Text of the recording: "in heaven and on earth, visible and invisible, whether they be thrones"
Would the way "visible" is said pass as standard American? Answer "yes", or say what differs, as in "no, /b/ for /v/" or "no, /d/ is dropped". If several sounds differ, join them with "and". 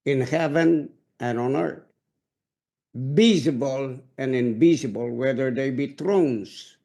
no, /b/ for /v/